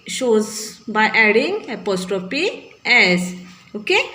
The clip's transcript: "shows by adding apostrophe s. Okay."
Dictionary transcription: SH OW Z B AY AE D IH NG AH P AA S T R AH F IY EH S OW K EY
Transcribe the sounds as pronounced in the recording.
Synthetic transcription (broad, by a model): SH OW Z B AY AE D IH NG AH P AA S T R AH P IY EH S OW K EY